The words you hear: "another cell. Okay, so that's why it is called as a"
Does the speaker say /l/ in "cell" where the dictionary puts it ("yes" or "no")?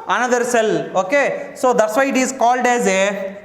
yes